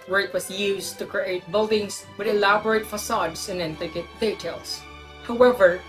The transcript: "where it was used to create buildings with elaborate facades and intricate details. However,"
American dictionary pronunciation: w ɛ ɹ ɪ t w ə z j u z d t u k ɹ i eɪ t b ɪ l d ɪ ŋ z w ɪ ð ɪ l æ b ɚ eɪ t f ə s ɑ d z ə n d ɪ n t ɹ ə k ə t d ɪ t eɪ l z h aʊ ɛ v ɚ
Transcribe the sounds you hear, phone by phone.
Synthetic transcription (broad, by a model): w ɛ ɹ ɪ t w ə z j u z t u k ɹ i eɪ t b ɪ l d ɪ ŋ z w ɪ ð ɪ l æ b ɚ eɪ t f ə s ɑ d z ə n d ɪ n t ə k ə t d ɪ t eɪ l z h aʊ ɛ v ɚ